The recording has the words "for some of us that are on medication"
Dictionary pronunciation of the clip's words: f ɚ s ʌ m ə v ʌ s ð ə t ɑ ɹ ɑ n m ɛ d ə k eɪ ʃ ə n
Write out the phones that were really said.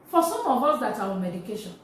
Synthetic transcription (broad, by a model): f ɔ s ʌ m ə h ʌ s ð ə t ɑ w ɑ m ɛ d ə k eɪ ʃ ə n